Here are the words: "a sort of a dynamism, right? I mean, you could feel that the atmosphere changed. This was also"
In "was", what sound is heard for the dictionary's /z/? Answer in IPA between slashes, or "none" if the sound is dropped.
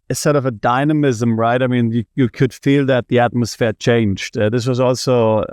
/z/